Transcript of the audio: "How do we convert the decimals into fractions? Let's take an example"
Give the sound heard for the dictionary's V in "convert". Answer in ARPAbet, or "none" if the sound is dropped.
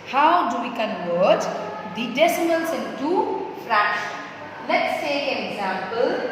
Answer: W